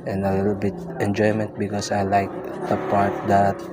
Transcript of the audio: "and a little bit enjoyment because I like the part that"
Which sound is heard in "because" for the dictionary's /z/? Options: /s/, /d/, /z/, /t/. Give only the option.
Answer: /s/